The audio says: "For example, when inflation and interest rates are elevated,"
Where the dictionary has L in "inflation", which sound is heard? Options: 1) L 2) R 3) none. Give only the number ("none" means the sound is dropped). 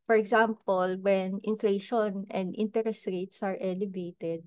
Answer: 1